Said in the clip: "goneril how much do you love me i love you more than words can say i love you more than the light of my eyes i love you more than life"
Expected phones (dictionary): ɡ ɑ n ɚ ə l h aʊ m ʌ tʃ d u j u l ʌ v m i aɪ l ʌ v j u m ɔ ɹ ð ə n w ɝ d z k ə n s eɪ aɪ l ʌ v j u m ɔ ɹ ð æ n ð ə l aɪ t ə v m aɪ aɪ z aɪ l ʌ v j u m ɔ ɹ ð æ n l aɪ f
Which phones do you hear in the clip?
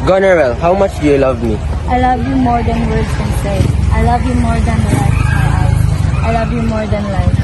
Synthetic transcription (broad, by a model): ɡ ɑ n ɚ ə l h aʊ m ʌ tʃ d j u l ʌ v m i aɪ l ʌ v j u m ɔ ɹ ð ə n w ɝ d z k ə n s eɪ aɪ l ʌ v j u m ɔ ɹ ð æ n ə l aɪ ə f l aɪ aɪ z aɪ l ʌ v j u m ɔ ɹ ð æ n l aɪ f